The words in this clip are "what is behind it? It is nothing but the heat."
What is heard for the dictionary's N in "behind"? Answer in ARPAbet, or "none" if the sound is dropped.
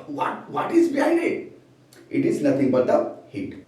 none